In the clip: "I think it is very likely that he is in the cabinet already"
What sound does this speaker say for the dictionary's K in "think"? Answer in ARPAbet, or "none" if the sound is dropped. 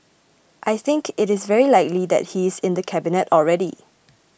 K